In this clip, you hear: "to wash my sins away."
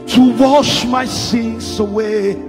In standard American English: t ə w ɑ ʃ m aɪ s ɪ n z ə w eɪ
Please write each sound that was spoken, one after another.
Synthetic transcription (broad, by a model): t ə w ɑ ʃ m aɪ s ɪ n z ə w eɪ